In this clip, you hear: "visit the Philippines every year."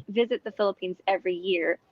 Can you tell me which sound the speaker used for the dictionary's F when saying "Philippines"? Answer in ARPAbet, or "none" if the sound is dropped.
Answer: F